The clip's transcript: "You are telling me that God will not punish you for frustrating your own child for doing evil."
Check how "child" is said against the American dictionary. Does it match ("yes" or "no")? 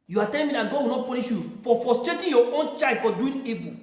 no